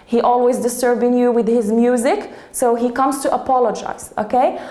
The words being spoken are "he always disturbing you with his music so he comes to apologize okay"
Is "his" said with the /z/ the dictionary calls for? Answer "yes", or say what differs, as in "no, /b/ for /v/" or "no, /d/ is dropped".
yes